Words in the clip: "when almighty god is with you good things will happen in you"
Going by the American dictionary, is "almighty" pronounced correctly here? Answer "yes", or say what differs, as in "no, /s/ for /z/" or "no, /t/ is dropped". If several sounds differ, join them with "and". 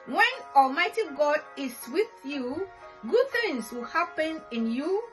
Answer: yes